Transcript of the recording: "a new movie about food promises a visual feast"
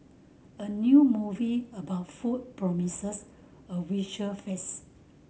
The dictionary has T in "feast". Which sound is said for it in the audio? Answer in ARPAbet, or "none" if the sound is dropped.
none